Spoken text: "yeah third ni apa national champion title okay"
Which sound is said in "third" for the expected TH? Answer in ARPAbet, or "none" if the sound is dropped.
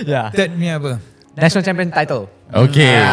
T